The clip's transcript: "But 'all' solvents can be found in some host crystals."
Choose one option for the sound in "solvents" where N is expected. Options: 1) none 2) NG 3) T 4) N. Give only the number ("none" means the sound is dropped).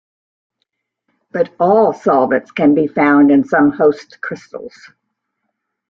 1